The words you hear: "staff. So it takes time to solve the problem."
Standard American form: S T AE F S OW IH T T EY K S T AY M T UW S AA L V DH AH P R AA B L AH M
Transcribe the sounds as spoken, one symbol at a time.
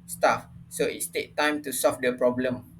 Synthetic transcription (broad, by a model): S T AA F S OW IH T T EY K T AY M T UW S AA L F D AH P R AA B L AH M